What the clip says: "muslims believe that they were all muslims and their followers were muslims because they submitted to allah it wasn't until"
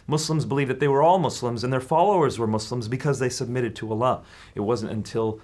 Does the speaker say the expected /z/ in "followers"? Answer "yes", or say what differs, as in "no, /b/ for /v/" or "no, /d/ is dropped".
yes